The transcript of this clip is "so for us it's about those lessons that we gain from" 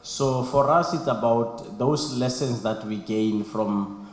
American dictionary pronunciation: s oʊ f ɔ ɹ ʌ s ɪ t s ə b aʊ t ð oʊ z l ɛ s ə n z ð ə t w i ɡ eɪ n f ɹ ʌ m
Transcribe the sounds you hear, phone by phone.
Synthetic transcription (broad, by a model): s oʊ f ɔ ɹ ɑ s ɪ t s ə b aʊ t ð oʊ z l ɛ s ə n s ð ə t w i ɡ eɪ n f ɹ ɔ m